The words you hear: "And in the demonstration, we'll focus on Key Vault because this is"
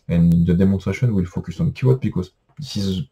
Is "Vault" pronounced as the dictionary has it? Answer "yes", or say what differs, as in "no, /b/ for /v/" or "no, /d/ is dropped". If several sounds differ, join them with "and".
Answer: no, /w/ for /v/ and /l/ is dropped